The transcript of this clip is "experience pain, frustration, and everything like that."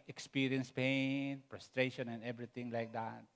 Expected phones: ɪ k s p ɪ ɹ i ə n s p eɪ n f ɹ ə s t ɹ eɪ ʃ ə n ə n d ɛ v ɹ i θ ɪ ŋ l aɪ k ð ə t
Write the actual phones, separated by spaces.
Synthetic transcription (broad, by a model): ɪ k s p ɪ ɹ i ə n s p eɪ n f ɹ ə s t ɹ eɪ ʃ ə n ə n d ɛ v ɹ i t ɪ ŋ l aɪ k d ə t